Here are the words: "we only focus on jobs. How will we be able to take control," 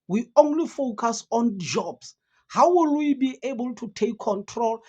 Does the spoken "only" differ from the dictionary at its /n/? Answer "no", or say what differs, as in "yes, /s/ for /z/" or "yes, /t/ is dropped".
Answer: no